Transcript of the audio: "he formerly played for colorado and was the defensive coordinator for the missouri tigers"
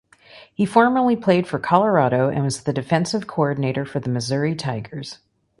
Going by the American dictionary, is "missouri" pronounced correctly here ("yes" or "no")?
yes